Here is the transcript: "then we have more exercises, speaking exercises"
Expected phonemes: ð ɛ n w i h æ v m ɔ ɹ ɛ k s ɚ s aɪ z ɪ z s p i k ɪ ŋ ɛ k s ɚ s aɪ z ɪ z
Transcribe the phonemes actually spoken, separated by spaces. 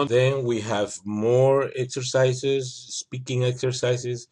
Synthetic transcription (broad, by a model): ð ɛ n w i h æ v m ɔ ɹ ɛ k s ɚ s aɪ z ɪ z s p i k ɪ ŋ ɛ k s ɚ s aɪ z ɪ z